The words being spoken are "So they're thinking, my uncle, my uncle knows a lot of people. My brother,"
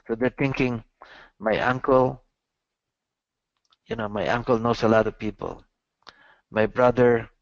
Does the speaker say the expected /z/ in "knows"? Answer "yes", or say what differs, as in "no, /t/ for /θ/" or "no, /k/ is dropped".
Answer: no, /s/ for /z/